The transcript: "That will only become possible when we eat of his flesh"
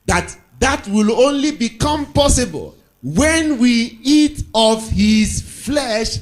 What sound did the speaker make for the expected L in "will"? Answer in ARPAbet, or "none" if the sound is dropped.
L